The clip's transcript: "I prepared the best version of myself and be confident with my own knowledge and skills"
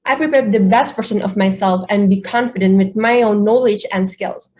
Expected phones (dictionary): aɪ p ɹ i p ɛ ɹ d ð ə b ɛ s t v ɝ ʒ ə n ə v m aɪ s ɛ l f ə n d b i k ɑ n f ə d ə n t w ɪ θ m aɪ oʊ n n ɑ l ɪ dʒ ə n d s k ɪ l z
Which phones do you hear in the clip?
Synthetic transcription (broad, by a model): aɪ p ɹ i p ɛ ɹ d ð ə b ɛ s t p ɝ s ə n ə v m aɪ s ɛ l f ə n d b i k ɑ n f ə d ə n t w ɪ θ m aɪ oʊ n n ɑ l ɪ dʒ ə n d s k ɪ l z